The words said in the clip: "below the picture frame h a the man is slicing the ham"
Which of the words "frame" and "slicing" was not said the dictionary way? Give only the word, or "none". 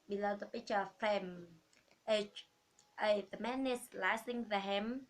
frame